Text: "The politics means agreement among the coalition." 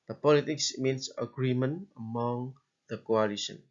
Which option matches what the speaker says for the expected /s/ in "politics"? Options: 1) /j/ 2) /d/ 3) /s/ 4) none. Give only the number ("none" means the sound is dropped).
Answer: 3